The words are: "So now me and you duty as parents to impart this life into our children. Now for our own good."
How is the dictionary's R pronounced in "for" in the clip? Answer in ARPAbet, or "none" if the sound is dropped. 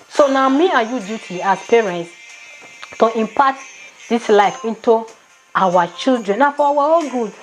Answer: W